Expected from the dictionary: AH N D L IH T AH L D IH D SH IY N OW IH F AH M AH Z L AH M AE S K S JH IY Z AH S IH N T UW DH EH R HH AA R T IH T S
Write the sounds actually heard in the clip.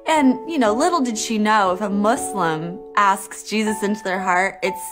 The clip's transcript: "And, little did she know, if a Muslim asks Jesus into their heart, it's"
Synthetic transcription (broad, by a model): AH N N L IH T L D IH D SH IY N OW IH F AH M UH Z L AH M AE S K S JH IY Z AH S IH N T UW DH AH R HH AA R T IH T S